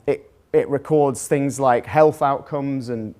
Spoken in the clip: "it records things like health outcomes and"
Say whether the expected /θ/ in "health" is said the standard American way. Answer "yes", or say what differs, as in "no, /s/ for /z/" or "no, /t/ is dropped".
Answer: yes